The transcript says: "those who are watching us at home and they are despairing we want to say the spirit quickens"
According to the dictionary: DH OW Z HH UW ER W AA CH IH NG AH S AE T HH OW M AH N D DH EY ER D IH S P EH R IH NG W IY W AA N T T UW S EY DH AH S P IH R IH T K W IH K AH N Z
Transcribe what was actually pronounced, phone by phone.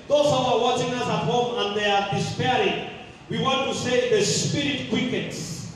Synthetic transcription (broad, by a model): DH OW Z HH UW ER W AA CH IH NG AH S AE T HH OW M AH N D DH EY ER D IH S P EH R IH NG W IY W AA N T T UW S EY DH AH S P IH R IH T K W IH K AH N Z